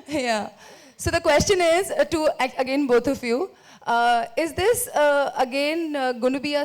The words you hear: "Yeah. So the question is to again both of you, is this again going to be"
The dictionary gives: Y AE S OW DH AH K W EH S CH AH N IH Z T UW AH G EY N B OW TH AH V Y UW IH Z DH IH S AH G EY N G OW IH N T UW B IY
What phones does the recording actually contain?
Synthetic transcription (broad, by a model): Y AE S OW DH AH K W EH S CH AH N IH Z T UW AH G EY N B OW T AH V Y UW IH Z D IH S AH G EY N G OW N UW B IY